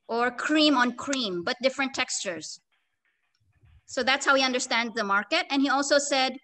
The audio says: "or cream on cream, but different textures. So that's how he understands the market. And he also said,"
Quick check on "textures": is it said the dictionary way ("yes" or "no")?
yes